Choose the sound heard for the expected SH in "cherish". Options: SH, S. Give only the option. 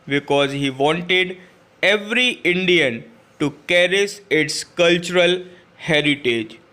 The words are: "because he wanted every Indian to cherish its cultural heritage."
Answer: S